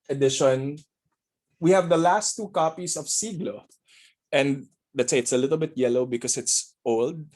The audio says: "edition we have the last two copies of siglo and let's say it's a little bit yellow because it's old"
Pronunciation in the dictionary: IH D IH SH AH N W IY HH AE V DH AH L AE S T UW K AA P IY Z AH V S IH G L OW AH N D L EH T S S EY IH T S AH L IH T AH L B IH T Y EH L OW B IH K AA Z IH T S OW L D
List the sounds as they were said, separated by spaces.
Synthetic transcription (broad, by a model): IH D IH SH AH N W IY HH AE V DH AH L AE S T UW K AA P IY S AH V S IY G L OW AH N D L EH T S S EY IH T S AH L IH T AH L B IH T Y EH L OW B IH K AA S IH T S OW L D